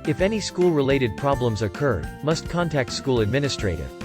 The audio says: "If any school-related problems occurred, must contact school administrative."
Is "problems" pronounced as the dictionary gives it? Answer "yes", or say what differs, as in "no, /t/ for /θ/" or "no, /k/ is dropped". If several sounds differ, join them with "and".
yes